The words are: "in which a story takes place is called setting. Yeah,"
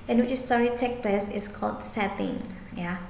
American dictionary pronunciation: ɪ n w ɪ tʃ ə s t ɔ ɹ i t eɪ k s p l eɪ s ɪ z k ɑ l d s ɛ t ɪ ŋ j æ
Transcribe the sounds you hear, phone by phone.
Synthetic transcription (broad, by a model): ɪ n w ɪ tʃ ə s t ɔ ɹ i t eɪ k p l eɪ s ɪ s k ɑ l d s ɛ t ɪ ŋ j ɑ